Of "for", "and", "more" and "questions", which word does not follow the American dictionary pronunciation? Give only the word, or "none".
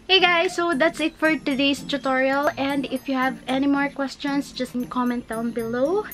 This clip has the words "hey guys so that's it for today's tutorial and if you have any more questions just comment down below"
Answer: questions